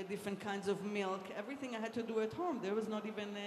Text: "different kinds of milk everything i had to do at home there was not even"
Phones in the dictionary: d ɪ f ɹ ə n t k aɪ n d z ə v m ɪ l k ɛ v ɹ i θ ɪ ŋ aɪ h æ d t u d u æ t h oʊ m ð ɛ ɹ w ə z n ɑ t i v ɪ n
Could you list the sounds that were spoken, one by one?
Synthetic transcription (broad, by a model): d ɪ f ɹ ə n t k aɪ n d z ə v m ɪ l k ɛ v ɹ i θ ɪ ŋ aɪ h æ d t u d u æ t h oʊ m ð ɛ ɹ w ə z n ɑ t i v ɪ n